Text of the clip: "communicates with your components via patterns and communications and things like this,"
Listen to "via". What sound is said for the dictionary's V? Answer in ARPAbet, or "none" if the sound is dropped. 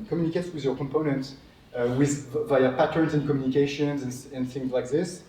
V